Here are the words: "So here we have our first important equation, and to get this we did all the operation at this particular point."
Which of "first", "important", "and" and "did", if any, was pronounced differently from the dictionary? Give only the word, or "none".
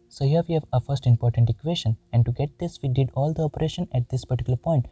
none